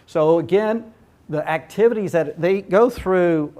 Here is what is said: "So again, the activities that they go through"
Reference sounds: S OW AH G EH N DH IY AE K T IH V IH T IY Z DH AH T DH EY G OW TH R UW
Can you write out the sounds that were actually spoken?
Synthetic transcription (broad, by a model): S OW AH G EH N DH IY AE K T IH V IH T IY Z DH AH T DH EY G OW TH R UW